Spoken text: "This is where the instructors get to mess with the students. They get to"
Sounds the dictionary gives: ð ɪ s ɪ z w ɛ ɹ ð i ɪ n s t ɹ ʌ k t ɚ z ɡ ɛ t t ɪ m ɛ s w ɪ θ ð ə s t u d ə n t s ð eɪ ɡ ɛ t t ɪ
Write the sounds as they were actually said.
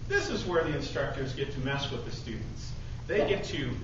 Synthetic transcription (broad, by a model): ð ɪ s ɪ z w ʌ ɹ ð i ɪ n s t ɹ ʌ k t ɚ z ɡ ɛ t t ɪ m ɛ s w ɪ ð ə s t u d n t s ð eɪ ɡ ɛ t t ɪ